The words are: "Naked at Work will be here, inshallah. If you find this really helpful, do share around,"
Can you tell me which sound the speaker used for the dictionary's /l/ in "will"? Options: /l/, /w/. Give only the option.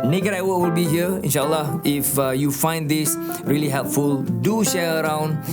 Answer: /l/